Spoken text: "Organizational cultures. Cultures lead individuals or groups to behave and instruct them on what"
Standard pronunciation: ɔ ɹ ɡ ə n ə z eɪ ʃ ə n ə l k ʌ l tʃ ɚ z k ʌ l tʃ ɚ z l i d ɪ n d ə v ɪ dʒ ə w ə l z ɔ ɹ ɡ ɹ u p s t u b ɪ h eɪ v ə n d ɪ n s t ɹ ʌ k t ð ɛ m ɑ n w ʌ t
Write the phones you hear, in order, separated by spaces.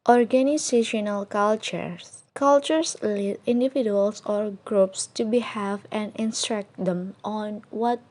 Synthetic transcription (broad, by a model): ɔ ɹ ɡ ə n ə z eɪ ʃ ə n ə l k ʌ l tʃ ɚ s k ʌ l tʃ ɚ s l i d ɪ n d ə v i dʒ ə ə l s ɔ ɹ ɡ ɹ u p s t u b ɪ h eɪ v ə n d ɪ n s t ɹ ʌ k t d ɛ m ɑ n w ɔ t